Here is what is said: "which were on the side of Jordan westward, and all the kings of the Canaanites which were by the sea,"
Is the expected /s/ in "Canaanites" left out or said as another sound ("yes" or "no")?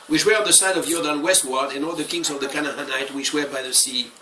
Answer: yes